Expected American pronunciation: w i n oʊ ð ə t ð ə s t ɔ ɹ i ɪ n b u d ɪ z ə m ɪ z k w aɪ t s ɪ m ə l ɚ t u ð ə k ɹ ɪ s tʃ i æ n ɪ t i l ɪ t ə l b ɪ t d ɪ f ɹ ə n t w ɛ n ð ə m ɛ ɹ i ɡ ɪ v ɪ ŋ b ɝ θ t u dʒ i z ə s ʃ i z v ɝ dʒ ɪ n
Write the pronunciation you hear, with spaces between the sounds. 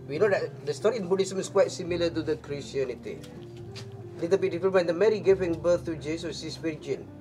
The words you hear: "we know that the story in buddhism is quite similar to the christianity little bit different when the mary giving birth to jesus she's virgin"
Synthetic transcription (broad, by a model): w i n oʊ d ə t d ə s t ɔ ɹ i ɪ n b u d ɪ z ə m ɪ s k w aɪ t s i m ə l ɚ t u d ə k ɹ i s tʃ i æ n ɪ t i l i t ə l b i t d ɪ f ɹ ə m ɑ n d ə m ɛ ɹ i ɡ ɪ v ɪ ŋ b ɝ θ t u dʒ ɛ s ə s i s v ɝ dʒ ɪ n